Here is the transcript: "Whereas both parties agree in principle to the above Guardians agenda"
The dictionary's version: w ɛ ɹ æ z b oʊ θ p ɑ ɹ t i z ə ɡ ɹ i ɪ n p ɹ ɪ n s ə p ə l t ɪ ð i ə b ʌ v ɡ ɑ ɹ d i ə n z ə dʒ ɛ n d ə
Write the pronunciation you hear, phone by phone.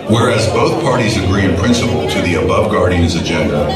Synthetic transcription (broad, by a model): w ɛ ɹ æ z b oʊ θ p ɑ ɹ t i z ə ɡ ɹ i ɪ n p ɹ ɪ n s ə p l t ɪ ð i ə b ʌ v ɡ ɑ ɹ d i ə n z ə dʒ ɛ n d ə